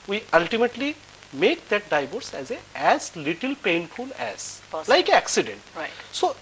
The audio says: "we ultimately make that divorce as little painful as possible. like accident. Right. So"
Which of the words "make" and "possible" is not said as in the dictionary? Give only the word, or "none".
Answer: possible